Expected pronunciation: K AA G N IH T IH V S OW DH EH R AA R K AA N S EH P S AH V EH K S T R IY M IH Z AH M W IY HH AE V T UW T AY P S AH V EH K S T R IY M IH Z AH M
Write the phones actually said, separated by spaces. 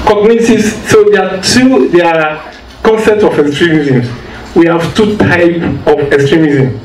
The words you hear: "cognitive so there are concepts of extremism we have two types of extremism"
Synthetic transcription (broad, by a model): K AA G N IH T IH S S OW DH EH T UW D K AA N S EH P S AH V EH K S T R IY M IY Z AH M W IY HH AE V T UW T AY P AH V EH K S T R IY M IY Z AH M